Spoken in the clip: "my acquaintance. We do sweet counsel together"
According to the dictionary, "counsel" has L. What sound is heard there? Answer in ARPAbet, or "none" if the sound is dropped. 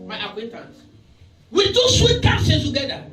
N